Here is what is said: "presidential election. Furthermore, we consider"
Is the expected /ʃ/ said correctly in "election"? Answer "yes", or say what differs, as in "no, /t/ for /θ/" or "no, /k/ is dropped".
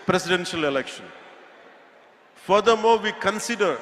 yes